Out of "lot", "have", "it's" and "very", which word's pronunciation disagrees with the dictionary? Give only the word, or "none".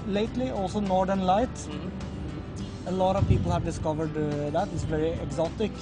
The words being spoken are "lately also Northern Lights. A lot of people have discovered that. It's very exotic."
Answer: none